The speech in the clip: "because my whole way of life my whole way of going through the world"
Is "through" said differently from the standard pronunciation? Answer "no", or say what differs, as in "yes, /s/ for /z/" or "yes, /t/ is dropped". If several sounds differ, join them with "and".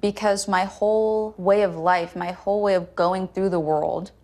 no